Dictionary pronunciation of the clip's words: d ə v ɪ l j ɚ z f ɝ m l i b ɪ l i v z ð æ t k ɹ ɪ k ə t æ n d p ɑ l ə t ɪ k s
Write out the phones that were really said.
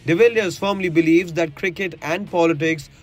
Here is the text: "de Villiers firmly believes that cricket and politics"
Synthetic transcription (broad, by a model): d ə v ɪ l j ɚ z f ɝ m l i b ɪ l i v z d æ t k ɹ ɪ k ə t æ n d p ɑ l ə t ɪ k s